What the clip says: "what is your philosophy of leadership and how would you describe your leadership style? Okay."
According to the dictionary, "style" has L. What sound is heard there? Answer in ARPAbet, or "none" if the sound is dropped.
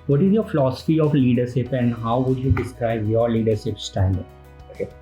N